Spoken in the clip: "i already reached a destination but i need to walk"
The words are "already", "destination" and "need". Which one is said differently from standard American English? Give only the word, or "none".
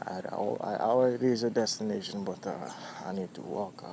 already